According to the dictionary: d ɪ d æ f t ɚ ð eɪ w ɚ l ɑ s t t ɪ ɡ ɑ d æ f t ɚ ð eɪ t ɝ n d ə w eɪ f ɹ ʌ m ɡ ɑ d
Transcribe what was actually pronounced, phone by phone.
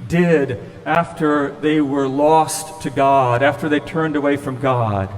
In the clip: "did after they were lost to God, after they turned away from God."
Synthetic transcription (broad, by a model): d ɪ d æ f t ɚ ð eɪ w ɚ l ɑ s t t ɪ ɡ ɑ d æ f t ɚ ð eɪ t ɝ n d ə w eɪ f ɹ ʌ m ɡ ɑ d